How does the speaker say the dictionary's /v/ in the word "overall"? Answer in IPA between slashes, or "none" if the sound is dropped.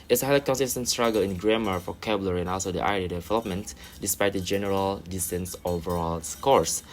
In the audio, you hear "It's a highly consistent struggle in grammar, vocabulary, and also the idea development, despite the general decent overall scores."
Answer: /v/